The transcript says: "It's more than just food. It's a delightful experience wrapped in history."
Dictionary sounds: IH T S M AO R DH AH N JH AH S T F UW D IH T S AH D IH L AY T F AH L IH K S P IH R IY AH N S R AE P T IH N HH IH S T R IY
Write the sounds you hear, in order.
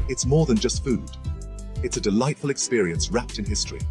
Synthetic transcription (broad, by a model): IH T S M AO R DH AH N JH AH S T F UW D IH T S AH D IH L AY T F AH L IH K S P IH R IY AH N S R AE P T IH N HH IH S T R IY